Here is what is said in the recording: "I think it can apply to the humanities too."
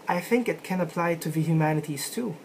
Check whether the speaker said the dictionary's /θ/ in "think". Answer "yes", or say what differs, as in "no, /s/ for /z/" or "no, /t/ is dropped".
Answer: yes